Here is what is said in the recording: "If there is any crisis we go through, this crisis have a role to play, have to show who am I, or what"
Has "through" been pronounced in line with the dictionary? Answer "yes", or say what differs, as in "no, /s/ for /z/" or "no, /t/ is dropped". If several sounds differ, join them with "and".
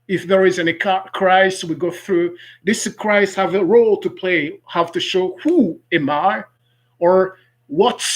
yes